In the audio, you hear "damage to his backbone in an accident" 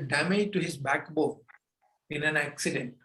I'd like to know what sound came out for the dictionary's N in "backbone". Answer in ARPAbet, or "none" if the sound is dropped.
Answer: none